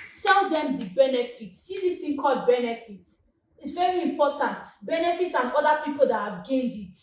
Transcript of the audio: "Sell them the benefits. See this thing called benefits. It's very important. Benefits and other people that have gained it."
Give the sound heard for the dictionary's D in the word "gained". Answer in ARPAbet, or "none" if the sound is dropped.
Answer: D